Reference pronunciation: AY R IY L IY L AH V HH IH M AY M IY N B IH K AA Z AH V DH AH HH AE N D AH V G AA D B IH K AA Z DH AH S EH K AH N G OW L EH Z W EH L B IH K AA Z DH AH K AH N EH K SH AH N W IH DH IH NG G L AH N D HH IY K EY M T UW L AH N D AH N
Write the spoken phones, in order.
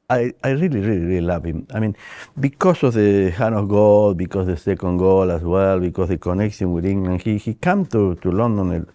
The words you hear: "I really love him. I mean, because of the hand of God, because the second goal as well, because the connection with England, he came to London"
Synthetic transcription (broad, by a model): AY R IY L IY L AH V HH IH M AY M IY N B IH K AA S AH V DH AH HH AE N AH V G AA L B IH K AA S DH AH S EH K AH N G OW L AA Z W EH L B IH K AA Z DH AH K AH N EH K SH AH N W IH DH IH NG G L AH N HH HH IY K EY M T UW L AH N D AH N